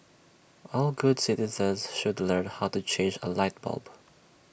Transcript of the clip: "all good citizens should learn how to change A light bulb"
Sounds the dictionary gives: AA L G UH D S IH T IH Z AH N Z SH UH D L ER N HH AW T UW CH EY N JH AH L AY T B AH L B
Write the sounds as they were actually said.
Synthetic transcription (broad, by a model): AA L G UH D S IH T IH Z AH N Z SH UH D L ER N HH AW T UW CH EY N JH AH L AY T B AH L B